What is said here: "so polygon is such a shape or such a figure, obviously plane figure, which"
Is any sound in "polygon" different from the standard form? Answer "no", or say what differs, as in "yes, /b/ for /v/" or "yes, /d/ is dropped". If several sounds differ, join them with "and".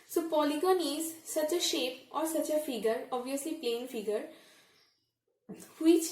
no